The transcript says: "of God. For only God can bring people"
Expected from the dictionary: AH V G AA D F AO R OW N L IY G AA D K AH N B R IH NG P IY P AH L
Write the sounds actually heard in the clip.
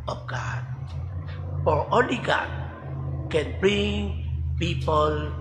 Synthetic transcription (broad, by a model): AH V G AA D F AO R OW L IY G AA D K AH N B R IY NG P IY P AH L